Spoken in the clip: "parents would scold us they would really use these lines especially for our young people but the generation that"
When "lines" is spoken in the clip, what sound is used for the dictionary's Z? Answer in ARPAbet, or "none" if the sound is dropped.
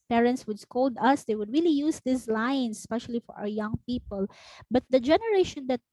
S